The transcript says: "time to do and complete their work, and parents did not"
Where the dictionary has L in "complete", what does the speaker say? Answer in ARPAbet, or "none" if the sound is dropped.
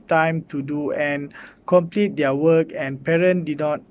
L